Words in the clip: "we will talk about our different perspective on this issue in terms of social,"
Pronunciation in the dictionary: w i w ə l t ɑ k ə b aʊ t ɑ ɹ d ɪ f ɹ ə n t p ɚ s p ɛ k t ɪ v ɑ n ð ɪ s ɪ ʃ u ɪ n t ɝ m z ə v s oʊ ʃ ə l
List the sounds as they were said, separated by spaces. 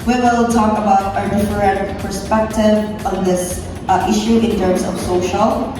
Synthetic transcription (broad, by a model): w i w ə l t ɑ k ə b aʊ t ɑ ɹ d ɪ f ɹ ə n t p ɚ s p ɛ k t ɪ v ɑ n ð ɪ s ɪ ʃ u ɪ n t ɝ m s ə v s oʊ ʃ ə l